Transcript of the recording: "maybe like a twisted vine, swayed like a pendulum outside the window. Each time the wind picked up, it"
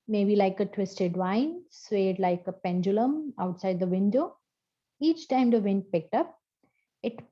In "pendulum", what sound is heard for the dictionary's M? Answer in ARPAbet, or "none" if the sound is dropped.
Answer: M